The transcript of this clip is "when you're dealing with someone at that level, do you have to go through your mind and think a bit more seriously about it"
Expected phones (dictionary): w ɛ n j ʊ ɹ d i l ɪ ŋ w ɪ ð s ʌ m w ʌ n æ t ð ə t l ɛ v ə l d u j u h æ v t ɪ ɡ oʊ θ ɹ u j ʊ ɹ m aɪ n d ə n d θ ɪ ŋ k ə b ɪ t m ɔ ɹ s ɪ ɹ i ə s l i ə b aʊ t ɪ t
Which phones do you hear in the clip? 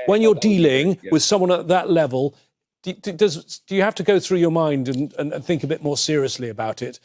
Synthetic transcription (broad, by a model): w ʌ n j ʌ ɹ d i l ɪ ŋ w ɪ ð s ʌ m w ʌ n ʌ t ð ə t l ɛ v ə l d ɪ j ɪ h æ f t ɪ ɡ oʊ θ ɹ u j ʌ ɹ m aɪ n d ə n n θ ɪ ŋ k ə b ɪ t m ɔ ɹ s ɪ ɹ i ə s l i ə b aʊ t ɪ t